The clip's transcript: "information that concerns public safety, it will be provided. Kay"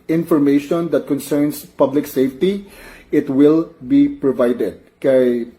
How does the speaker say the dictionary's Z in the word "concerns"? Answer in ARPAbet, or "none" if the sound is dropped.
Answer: S